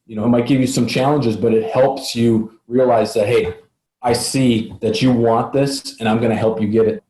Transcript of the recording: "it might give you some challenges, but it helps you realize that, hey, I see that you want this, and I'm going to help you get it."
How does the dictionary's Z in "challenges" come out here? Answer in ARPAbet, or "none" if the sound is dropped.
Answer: Z